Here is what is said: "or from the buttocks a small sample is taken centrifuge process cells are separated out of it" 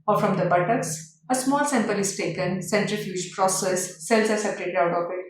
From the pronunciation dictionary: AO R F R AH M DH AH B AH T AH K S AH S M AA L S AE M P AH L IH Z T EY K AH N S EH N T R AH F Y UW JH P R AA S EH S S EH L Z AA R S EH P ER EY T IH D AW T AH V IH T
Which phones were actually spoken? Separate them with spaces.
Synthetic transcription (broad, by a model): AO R F R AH M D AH B AH T AH K S AH S M AA L S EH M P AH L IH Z T EY K AH N S EH N T R AH F Y UW JH P R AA S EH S S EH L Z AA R S EH P ER EY T IH D AW T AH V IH T